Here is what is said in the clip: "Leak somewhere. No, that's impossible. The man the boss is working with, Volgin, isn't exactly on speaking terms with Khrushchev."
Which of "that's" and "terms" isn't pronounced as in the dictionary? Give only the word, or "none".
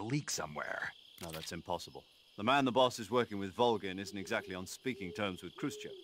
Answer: none